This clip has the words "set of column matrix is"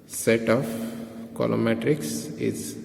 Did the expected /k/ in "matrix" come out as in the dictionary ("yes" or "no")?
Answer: yes